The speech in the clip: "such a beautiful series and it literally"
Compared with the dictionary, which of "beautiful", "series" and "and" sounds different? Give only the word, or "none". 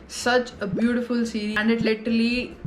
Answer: series